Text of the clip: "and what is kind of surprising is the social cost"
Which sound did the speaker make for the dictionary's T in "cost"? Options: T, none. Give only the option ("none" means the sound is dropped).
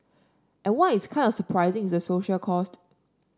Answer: T